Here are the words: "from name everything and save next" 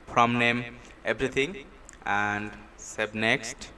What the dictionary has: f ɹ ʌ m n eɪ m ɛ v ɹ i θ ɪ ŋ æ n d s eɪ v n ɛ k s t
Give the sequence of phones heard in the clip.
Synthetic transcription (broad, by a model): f ɹ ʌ m n eɪ m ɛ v ɹ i t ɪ ŋ æ n d s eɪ b n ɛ k s t